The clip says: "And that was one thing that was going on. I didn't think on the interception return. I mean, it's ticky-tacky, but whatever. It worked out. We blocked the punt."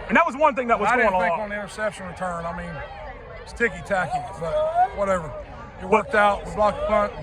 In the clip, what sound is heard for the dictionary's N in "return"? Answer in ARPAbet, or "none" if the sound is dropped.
N